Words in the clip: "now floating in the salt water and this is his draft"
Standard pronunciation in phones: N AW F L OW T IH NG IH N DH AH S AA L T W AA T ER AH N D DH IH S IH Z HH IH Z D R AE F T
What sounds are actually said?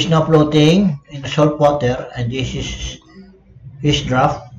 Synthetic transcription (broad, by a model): N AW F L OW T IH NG IH N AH S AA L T W AA T ER AH N D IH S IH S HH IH S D R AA F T